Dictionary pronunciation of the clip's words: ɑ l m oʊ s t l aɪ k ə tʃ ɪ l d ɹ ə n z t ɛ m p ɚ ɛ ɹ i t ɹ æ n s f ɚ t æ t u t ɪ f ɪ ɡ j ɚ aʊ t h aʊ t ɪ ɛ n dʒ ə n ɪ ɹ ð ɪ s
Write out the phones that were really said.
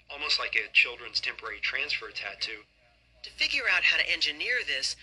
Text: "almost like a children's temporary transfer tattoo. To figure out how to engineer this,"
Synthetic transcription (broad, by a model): ɑ l m oʊ s t l aɪ k ə tʃ ɪ l d ɹ ə n z t ɛ m p ɚ ɛ ɹ i t ɹ æ n s f ɚ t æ t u t ɪ f ɪ ɡ j ɚ aʊ t h aʊ t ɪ ɛ n dʒ ə n ɪ ɹ ð ɪ s